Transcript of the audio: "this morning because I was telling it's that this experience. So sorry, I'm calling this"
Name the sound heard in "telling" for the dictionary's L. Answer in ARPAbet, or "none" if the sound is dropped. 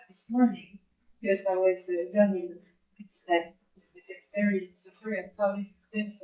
N